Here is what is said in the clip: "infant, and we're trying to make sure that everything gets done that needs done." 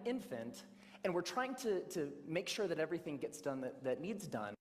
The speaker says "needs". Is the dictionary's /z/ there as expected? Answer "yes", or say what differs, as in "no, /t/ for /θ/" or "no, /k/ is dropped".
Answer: yes